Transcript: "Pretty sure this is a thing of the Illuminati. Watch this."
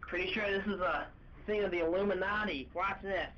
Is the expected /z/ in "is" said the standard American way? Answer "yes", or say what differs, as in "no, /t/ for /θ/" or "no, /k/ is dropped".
yes